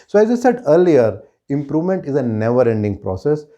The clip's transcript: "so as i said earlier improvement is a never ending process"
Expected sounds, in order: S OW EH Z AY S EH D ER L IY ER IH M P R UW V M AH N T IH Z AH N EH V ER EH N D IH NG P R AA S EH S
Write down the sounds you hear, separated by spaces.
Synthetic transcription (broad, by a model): S OW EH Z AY S EH D ER L IY ER IH M P R UW V M AH N T IH Z AH N EH V ER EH N D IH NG P R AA S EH S